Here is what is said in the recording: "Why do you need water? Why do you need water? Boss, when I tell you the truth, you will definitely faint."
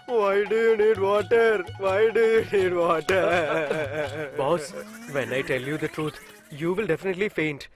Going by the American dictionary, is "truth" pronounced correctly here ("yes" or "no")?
no